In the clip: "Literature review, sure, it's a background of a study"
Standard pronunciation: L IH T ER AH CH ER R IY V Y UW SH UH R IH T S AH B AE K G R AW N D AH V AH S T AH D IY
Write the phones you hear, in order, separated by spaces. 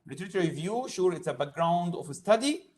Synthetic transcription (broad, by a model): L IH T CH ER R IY V Y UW SH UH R IH T S AH B AE K G R AW N D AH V AH S T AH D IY